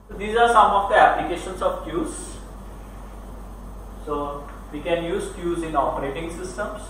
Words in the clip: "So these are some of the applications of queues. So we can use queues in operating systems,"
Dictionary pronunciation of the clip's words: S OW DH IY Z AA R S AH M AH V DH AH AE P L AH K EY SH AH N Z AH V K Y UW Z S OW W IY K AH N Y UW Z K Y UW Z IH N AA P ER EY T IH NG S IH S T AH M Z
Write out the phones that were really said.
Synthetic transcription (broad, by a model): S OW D IY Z AA R S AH M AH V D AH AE P L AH K EY SH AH N S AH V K Y UW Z S OW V IY K AH N Y UW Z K Y UW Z IH N AA P ER EY T IH NG S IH S T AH M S